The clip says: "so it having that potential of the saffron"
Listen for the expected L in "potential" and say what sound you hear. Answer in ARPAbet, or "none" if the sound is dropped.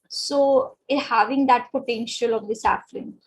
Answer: L